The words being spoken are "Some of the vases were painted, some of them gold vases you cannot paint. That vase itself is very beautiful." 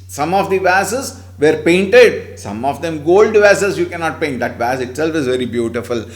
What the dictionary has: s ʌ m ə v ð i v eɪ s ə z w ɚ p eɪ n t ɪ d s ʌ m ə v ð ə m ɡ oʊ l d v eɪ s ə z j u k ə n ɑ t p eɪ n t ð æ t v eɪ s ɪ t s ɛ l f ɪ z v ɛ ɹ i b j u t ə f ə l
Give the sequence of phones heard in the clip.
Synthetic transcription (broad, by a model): s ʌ m ə v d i v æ s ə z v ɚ p eɪ n t ɪ d s ʌ m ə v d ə m ɡ oʊ l d v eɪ s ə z j u k ə n ɑ t p eɪ n t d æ t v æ s ɪ t s ɛ l f ɪ z v ɛ ɹ i b j u t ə f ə l